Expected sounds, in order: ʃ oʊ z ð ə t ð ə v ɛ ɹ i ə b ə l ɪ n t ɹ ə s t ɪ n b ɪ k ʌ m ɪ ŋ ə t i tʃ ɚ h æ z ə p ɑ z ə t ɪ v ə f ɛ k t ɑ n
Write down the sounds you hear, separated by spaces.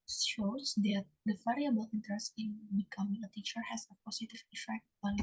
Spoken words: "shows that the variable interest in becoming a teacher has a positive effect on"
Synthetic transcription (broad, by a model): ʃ oʊ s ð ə t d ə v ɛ ɹ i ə b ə l ɪ n t ɹ ə s t ɪ n b ɪ k ʌ m ɪ ŋ ə t i tʃ ɚ h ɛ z ə p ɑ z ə t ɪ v ə f ɛ k t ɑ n